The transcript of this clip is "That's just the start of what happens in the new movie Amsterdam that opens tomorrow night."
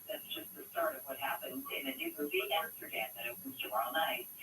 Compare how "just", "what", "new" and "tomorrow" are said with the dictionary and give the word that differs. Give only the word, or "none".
tomorrow